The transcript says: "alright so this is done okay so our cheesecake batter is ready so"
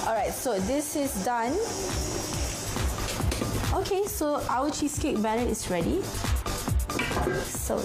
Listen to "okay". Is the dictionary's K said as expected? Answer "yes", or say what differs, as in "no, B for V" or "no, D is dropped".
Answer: yes